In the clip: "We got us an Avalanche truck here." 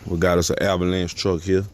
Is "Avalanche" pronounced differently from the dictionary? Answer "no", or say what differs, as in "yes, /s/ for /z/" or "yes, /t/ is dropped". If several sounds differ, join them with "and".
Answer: yes, /b/ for /v/